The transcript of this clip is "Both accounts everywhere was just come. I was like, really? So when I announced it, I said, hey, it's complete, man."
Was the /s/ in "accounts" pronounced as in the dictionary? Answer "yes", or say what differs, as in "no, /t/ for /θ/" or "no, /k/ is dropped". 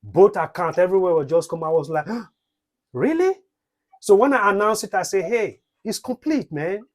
no, /s/ is dropped